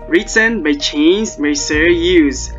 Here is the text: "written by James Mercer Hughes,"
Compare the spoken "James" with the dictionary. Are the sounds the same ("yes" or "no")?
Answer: no